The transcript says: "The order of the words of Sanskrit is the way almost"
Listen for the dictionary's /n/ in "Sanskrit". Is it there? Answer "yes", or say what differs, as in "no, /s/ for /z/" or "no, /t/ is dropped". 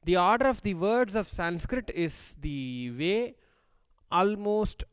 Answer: yes